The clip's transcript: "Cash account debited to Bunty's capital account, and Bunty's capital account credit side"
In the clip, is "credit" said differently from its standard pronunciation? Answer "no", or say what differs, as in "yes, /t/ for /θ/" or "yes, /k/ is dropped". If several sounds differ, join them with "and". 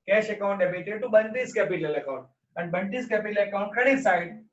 yes, /ɹ/ is dropped